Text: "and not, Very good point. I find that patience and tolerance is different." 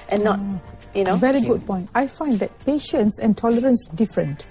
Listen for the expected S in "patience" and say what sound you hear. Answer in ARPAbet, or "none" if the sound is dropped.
S